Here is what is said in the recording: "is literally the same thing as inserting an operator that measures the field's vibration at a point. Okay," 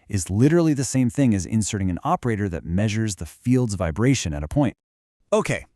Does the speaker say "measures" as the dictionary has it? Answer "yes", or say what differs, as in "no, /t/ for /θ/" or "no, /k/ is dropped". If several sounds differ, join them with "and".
yes